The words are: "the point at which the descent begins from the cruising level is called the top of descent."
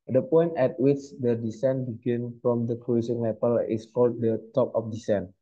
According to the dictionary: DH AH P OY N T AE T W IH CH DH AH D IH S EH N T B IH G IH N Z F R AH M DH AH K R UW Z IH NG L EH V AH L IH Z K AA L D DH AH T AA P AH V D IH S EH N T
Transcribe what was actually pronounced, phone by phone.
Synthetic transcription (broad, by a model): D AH P OY N T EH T W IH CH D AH D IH S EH N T B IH G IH N F R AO M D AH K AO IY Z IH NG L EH P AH L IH S K AA L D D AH T AA P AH F D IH S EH N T